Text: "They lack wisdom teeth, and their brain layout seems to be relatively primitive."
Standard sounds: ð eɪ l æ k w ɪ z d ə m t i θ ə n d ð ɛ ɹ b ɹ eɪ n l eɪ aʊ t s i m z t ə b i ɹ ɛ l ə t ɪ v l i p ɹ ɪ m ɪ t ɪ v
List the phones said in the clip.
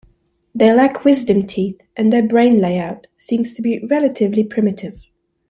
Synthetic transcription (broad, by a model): ð eɪ l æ k w ɪ z d ə m t i θ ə n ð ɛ ɹ b ɹ eɪ n l eɪ aʊ t s i m z t ə b i ɹ ɛ l ə t ɪ v l i p ɹ ɪ m ɪ t ɪ v